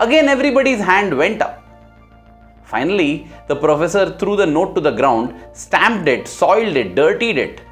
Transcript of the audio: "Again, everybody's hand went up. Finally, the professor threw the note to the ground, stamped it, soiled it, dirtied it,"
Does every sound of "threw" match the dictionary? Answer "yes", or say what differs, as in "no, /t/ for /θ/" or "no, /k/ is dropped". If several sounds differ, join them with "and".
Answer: no, /t/ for /θ/